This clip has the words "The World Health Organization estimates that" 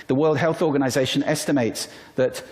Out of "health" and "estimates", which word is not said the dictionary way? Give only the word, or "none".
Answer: none